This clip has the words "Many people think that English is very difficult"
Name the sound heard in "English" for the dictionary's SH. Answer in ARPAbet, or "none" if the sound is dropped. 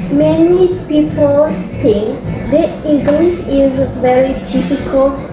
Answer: S